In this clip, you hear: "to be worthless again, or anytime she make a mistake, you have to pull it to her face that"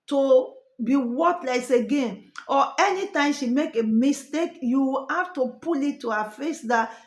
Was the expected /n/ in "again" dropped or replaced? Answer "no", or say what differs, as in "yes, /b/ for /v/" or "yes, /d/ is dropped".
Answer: no